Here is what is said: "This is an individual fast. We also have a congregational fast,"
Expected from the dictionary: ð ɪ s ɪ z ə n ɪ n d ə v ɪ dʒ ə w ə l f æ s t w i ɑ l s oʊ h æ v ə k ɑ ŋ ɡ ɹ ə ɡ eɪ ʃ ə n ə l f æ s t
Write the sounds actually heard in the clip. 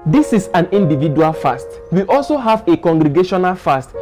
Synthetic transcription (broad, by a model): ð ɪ s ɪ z ə n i n d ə v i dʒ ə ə l f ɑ s t w i ɑ l s oʊ h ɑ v ə k ɑ ŋ ɡ ɹ ə ɡ eɪ ʃ ə n ə l f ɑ s t